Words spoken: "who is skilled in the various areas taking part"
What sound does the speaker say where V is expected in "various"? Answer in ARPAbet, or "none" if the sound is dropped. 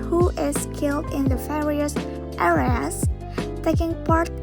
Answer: F